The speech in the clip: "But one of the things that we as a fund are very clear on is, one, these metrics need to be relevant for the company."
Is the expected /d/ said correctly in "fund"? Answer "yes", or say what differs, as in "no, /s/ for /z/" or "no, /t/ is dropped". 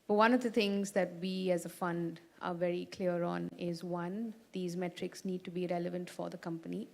yes